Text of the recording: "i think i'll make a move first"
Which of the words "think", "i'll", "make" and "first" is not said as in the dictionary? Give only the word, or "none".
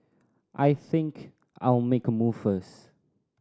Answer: first